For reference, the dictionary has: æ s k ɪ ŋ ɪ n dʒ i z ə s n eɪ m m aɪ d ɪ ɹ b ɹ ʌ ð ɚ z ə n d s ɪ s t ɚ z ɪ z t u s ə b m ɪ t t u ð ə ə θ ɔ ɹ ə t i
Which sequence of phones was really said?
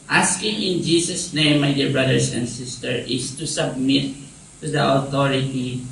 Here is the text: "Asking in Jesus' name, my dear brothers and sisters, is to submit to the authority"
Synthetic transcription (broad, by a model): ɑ s k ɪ ŋ ɪ n dʒ i s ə s n eɪ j m aɪ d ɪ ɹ b ɹ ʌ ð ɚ s ə n d s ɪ s t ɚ ɪ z t u s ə b m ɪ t t u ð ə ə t ɔ ɹ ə t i